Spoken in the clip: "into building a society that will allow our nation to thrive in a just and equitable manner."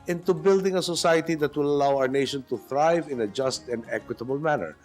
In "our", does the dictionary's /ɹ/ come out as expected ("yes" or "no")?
yes